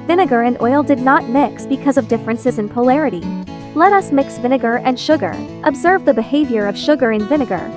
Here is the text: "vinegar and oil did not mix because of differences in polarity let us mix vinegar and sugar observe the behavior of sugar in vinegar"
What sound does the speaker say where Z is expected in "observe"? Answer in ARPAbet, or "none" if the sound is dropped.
Z